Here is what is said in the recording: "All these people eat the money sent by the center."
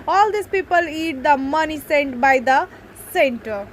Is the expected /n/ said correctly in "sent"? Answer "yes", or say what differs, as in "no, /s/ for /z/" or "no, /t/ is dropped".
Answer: yes